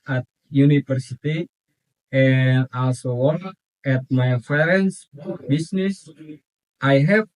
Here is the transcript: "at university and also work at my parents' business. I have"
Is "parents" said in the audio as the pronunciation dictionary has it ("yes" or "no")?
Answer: no